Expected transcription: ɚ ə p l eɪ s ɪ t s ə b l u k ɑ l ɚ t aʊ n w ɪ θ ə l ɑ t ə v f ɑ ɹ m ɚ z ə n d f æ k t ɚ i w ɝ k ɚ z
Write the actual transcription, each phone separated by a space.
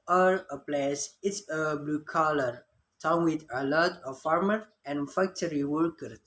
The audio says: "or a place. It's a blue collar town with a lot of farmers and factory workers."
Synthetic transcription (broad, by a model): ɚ ə p l eɪ s ɪ t s ə b l u k ɑ l ɚ t aʊ n w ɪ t ə l ɑ t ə f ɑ ɹ m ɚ ə n f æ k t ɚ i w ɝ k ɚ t